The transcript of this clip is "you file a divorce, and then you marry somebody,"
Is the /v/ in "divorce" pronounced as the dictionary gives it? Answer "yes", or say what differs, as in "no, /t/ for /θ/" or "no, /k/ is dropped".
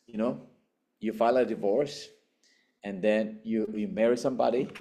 yes